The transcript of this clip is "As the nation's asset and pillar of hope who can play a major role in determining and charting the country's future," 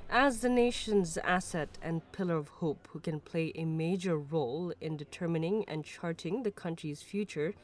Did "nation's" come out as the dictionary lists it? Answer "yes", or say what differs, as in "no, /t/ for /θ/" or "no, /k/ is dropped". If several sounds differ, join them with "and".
yes